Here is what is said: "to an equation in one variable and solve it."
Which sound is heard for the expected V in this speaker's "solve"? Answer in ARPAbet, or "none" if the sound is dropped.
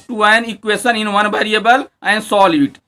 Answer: none